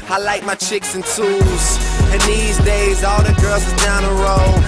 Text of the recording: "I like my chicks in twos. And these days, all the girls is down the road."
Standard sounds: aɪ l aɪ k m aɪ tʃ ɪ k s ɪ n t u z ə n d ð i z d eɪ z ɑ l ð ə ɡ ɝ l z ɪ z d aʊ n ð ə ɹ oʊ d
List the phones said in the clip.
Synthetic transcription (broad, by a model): aɪ l aɪ k m aɪ tʃ ɪ k s ɪ n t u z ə n ð i z d eɪ z ɑ l ð ə ɡ ɝ l z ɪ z d aʊ n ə ɹ oʊ